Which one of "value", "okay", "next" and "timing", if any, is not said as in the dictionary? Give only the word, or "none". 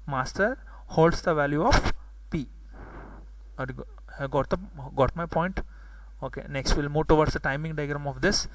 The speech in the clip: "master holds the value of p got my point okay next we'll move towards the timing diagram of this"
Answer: none